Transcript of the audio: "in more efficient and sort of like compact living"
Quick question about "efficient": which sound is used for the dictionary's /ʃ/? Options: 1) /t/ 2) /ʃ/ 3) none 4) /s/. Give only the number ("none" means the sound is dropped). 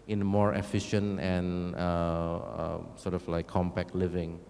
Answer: 2